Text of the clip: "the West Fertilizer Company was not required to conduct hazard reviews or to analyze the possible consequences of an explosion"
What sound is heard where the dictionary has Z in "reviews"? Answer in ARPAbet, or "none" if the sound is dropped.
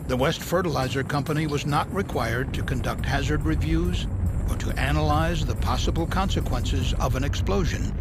Z